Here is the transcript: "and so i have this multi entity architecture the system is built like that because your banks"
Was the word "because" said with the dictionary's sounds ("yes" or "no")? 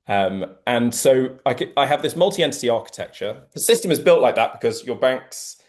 yes